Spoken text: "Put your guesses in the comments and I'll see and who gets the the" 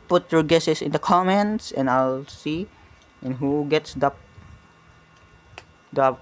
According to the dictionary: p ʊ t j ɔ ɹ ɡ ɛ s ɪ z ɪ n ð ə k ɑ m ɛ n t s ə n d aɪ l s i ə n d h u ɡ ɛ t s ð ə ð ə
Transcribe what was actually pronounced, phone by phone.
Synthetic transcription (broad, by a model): p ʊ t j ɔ ɹ ɡ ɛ s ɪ s ɪ n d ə k ɑ m ɛ n t s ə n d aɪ l s i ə n h u ɡ ɛ t s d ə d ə